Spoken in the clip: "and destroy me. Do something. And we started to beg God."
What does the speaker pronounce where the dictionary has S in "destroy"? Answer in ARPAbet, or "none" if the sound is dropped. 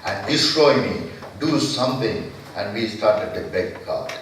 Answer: S